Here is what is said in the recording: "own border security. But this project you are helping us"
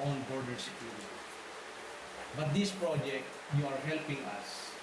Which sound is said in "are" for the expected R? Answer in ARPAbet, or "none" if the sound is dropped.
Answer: R